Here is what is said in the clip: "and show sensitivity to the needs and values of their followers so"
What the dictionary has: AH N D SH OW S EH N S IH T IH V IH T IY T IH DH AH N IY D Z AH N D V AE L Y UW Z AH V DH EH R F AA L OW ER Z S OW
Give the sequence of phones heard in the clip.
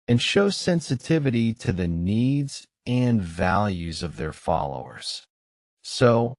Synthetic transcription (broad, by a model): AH N SH OW S EH N S IH T IH V IH T IY T IH DH AH N IY D Z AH N V AE L Y UW Z AH V DH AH R F AA L OW ER Z S OW